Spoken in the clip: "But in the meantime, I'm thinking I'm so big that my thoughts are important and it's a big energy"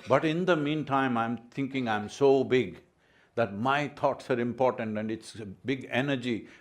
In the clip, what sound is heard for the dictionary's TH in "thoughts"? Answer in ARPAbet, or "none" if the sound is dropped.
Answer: T